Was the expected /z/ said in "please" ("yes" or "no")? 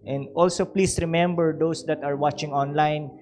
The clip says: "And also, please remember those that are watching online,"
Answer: no